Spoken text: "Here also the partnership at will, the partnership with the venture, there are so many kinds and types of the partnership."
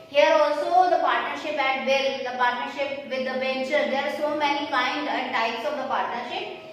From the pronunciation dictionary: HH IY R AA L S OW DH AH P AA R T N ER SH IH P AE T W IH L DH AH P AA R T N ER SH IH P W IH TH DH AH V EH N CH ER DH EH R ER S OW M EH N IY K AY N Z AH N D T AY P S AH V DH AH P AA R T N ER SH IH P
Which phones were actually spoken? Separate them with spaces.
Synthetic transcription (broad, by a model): HH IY R AA L S OW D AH P AA R T N ER SH IH P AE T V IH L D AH P AA R T N ER SH IH P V IH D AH B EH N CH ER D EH R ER S OW M EH N IY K AY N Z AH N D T AY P S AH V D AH P AA R T N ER SH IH P